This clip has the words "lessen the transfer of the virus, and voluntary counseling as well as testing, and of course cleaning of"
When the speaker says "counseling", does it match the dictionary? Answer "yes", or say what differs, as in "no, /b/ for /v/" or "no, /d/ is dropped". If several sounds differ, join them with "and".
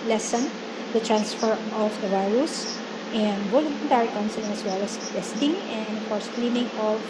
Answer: no, /l/ is dropped